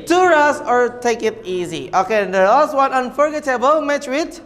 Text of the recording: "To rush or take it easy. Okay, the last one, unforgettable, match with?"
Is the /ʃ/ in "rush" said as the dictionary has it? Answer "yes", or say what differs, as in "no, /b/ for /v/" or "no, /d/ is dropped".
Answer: no, /s/ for /ʃ/